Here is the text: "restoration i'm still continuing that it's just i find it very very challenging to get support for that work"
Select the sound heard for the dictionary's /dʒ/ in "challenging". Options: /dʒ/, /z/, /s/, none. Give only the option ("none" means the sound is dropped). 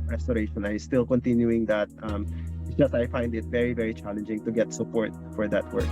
/dʒ/